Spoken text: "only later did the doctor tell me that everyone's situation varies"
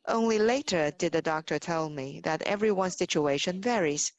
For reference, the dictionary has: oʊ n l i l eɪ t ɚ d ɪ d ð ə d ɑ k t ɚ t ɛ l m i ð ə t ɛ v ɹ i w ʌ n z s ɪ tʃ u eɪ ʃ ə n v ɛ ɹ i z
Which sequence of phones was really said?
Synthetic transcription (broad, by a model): oʊ n l i l eɪ t ɚ d ɪ d ð ə d ɑ k t ɚ t ɛ l m i ð ə t ɛ v ɹ i w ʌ n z s ɪ tʃ u eɪ ʃ ə n v ɛ ɹ i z